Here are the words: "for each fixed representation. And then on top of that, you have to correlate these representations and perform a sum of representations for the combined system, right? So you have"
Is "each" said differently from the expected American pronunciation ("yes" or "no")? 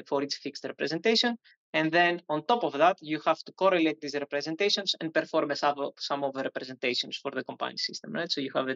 yes